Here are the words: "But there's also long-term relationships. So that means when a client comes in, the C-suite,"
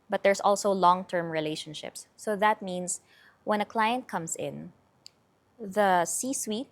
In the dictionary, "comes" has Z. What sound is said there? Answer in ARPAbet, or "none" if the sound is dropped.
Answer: S